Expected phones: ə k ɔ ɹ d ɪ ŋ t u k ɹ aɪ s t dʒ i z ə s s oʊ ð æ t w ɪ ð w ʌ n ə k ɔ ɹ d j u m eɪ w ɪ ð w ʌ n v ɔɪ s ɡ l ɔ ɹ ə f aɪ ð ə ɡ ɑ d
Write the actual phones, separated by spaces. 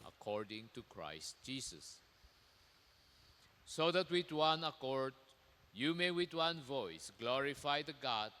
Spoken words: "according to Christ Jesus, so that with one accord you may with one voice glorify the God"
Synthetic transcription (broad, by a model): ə k ɔ ɹ d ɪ ŋ t u k ɹ aɪ s t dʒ i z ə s s oʊ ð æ t w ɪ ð w ʌ n ə k ɔ ɹ d j u m eɪ w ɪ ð w ʌ n v ɔɪ s ɡ l ɔ ɹ ə f aɪ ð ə ɡ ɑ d